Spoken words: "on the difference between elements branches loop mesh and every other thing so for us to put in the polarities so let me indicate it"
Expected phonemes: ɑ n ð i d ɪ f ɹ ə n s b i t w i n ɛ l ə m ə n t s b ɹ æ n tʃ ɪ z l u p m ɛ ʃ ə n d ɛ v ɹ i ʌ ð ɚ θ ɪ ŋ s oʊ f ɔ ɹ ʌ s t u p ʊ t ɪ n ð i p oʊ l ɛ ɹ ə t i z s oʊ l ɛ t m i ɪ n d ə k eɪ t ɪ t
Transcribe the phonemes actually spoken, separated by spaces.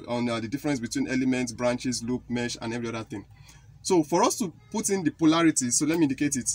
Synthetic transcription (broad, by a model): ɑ n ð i d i f ɹ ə n s b i t w i n ɛ l ə m ə n t s b ɹ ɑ n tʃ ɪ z l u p m ɛ ʃ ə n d ɛ v ɹ i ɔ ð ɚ θ ɪ ŋ s oʊ f ɔ ɹ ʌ s t u p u t ɪ n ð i p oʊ l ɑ ɹ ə t i s oʊ l ɛ t m i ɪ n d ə k eɪ t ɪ t